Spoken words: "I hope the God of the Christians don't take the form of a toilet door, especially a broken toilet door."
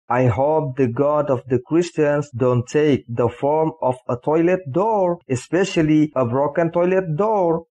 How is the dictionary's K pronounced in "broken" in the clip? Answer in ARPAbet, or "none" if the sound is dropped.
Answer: K